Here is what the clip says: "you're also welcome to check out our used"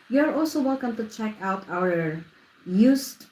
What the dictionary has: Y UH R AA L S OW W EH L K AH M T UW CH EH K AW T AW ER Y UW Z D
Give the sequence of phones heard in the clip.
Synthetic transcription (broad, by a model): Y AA R AA L S OW W EH L K AH M T UW CH EH K AW T AW ER Y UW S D